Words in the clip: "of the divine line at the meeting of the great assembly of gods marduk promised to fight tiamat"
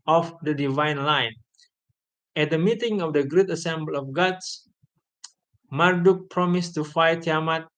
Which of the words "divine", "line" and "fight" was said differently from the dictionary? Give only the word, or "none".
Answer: none